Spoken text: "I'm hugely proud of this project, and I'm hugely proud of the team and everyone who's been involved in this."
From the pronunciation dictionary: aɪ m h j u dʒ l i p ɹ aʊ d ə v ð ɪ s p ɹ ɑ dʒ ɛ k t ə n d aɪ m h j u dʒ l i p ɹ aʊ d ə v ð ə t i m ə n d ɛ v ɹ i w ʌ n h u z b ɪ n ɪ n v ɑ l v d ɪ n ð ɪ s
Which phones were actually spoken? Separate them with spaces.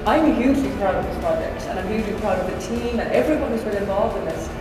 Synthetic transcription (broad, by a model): aɪ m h j u dʒ l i p ɹ aʊ d ə v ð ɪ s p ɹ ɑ dʒ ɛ k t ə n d aɪ m h j u dʒ l i p ɹ aʊ d ə v ð ə t i m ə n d ɛ v ɹ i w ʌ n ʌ z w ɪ l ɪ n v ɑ l v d ɪ n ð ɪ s